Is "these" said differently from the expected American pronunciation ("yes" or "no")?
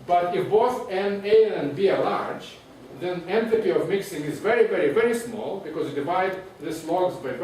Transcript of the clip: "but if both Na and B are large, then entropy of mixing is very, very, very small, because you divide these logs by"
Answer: yes